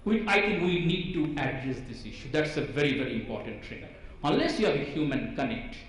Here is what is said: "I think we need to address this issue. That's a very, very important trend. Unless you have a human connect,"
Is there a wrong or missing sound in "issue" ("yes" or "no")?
no